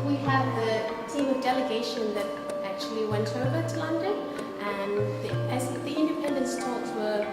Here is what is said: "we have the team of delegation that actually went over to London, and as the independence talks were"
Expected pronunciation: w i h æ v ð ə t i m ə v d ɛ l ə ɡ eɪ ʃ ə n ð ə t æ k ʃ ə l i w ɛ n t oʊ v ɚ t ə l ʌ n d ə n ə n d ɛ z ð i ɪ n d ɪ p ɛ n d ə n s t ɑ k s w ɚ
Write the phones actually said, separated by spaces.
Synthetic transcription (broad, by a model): w i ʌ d ð ə t i m ə v d ɛ l ə ɡ eɪ ʃ ə n ð ə t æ k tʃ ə l i w ɛ n t oʊ v ɚ t ə l ʌ n d ə n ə n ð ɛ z ð i ɪ n d ɪ p ɛ n d ə n s t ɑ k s w ɚ